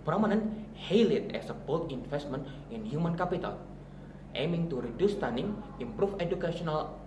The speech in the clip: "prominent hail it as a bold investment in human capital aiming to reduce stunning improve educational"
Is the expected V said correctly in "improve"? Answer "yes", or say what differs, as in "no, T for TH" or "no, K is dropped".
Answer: no, F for V